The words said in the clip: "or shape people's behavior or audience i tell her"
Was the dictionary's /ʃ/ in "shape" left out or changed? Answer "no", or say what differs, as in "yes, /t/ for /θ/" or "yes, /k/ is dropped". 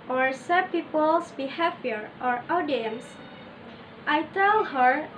yes, /s/ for /ʃ/